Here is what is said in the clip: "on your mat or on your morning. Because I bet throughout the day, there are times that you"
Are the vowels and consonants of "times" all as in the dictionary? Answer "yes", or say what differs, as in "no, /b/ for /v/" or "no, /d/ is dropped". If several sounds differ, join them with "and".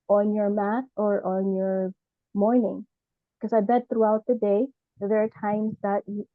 yes